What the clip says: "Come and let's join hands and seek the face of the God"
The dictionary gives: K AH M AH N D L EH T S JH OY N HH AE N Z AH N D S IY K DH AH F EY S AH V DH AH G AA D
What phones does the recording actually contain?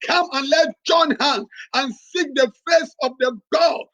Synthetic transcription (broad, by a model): K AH M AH N L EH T JH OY N HH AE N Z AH N S IY K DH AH F EY S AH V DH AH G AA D